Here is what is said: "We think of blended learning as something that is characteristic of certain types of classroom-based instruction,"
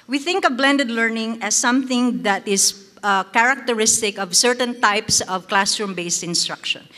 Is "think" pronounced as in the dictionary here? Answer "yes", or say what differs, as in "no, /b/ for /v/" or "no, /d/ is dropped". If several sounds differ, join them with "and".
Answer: yes